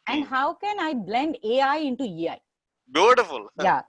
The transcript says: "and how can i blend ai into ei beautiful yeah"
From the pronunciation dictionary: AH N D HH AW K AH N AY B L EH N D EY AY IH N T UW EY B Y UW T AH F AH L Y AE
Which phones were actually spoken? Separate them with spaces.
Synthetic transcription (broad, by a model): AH N D HH AW K AH N AY B L EH N D EY AY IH N T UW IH B Y UW T AH F AH L Y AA